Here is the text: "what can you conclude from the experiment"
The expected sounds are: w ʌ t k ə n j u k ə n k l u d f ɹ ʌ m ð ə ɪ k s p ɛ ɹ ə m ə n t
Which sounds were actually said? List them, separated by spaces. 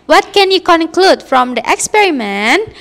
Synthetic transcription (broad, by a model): w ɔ t k ə n j u k ə n k l u d f ɹ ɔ m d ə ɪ k s p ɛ ɹ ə m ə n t